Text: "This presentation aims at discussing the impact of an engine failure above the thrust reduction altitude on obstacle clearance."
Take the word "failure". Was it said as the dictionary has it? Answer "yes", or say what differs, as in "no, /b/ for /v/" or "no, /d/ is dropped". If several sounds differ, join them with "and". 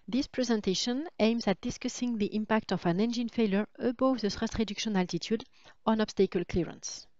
yes